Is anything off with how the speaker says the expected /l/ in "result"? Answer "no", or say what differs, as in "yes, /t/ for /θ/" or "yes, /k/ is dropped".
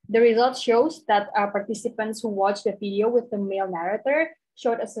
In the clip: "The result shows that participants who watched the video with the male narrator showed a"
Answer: no